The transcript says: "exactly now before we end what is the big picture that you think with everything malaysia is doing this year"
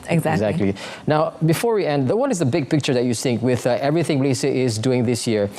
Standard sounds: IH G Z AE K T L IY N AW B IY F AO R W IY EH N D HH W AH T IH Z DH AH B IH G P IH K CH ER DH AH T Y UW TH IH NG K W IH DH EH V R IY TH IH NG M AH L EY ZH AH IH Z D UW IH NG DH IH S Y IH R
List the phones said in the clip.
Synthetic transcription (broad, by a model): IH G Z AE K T L IY N AW B IY F AO R W IY EH N D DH W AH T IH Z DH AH B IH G P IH K CH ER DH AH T Y UW S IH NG K W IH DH EH V R IY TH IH NG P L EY S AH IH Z D UW IH NG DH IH S Y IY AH